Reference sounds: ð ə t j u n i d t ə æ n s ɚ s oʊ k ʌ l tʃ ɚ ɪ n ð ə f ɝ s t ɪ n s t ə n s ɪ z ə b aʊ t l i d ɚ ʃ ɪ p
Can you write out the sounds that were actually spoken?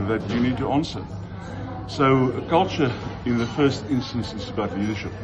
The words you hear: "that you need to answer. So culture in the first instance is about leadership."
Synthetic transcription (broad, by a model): ð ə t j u n i d t ə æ n s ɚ s oʊ k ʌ l tʃ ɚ ɪ n ð ə f ɝ s t ɪ n s t ə n s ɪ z ə b aʊ t l i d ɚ ʃ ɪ p